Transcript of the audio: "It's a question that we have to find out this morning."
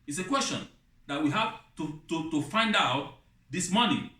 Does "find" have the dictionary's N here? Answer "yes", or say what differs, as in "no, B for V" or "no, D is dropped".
yes